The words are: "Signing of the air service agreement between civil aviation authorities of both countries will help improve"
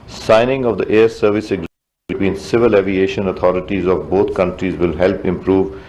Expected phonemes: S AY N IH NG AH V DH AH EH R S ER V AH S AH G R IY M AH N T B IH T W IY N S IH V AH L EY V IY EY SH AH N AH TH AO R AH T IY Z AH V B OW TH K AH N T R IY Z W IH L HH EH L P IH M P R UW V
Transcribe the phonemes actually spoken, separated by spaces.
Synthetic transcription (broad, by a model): S AY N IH NG AH V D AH EH R S ER V AH S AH G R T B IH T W IY N S IH V AH L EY V IY EY SH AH N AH T AO R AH T IY Z AH V B OW T K AH N T R IY Z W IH L HH EH L P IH M P R UW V